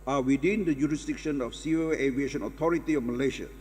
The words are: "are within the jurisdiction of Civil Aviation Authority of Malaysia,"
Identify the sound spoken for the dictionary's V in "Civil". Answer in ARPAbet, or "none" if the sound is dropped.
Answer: none